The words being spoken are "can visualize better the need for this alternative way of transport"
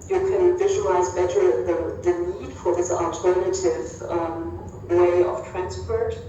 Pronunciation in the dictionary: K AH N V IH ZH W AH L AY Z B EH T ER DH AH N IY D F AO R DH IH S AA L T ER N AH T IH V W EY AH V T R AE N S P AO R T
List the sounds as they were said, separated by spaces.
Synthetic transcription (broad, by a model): K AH N V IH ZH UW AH L AY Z B EH T ER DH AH N IY D F AO R DH IH S AA L T ER N AH T IH V W EY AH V T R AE N S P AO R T